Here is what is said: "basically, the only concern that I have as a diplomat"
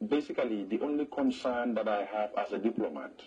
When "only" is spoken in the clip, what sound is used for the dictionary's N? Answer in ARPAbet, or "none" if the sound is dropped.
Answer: N